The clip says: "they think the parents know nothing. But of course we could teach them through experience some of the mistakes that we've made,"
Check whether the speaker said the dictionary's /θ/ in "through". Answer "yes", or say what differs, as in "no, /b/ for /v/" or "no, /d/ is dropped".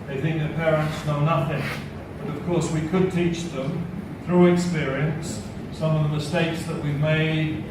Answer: yes